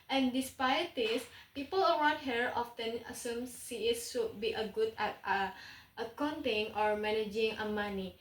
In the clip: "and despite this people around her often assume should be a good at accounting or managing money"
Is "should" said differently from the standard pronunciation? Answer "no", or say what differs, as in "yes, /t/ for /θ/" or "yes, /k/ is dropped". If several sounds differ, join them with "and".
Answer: yes, /s/ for /ʃ/